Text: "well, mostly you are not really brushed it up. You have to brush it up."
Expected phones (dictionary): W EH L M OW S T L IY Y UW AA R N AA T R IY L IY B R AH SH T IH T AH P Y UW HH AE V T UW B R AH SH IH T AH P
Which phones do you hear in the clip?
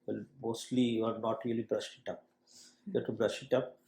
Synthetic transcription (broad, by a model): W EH L M OW S T L IY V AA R N AA T R IY L IY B R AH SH IH T AH P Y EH T UW B R AH SH IH T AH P